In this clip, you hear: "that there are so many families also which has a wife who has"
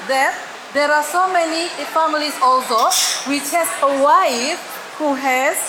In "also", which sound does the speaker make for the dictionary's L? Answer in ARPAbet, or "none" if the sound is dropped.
L